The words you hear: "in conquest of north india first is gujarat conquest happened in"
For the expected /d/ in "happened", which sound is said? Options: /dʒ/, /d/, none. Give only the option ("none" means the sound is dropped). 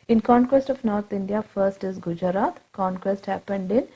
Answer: /d/